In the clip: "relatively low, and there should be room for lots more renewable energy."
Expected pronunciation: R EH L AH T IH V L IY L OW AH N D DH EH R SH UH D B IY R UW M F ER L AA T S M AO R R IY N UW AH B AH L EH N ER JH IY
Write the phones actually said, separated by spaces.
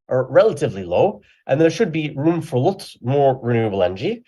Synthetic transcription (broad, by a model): R EH L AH T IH V L IY L OW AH N DH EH R SH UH D B IY R UW M F ER L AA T M AO R R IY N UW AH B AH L EH N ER JH IY